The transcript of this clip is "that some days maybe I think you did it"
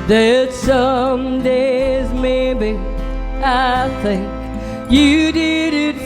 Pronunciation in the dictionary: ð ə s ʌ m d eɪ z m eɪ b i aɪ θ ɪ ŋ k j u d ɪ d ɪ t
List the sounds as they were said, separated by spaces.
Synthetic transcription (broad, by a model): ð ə s ʌ m d eɪ z m eɪ b i aɪ θ ɪ ŋ k j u d ɪ d ɪ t